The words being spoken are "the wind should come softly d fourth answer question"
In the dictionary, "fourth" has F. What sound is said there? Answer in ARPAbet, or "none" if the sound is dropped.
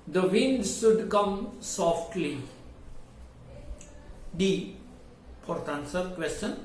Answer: P